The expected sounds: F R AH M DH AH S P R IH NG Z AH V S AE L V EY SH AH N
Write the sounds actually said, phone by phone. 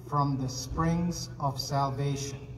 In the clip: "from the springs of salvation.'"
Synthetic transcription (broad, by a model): F R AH M DH AH S P R IH NG Z AH V S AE L V EY SH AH N